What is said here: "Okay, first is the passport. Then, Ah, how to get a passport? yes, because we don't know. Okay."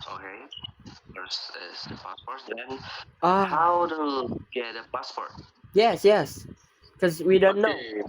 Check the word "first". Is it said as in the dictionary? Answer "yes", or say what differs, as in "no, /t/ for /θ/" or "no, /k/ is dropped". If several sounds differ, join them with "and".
no, /t/ is dropped